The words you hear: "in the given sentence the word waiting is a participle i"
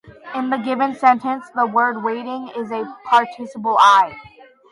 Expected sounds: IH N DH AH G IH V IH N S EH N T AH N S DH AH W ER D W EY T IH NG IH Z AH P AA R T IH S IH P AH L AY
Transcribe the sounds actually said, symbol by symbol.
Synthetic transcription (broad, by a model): IH N DH AH G IH V IH N S EH N T AH N S DH AH W ER D W EY T IH NG IH Z AH P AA R T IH S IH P L AY